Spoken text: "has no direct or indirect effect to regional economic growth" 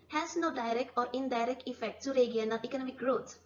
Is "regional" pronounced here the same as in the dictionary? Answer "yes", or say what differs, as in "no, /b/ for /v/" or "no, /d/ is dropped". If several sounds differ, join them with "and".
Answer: no, /dʒ/ is dropped and /n/ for /l/